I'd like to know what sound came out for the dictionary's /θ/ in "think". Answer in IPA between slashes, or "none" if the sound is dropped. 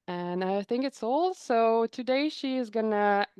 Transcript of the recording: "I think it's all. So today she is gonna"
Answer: /θ/